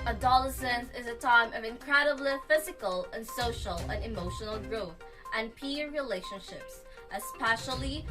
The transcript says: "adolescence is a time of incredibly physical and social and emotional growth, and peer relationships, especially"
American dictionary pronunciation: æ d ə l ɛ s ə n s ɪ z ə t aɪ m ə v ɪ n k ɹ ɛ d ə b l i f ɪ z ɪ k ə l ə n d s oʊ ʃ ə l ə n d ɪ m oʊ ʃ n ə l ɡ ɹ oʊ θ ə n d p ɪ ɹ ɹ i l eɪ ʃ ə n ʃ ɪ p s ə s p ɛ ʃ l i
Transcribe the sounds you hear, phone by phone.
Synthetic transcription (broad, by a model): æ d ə l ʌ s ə n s ɪ z ə t aɪ m ə v ɪ n k ɹ ɛ d ə b l i f ɪ z ɪ k ə l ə n s oʊ ʃ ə l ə n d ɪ m oʊ ʃ n l ɡ ɹ oʊ θ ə n p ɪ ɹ ɹ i l eɪ ʃ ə n ʃ ɪ p s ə s p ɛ ʃ l i